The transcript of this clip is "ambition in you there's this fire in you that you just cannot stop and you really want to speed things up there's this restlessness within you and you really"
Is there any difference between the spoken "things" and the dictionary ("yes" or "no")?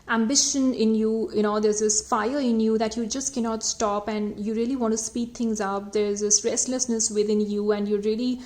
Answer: yes